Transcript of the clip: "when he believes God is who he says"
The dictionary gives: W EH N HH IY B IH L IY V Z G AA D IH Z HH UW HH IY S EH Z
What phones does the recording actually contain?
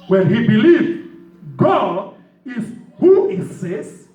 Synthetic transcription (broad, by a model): W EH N HH IY B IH L IY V G AA D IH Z HH UW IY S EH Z